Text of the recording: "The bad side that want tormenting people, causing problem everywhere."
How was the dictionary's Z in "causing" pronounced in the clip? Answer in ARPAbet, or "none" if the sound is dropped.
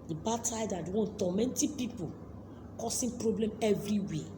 S